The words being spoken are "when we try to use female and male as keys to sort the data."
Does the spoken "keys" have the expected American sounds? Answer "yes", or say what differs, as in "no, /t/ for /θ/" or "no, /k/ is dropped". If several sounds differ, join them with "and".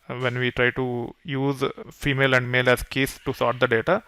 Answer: no, /s/ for /z/